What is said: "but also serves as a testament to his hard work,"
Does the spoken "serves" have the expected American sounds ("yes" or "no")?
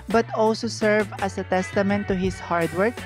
no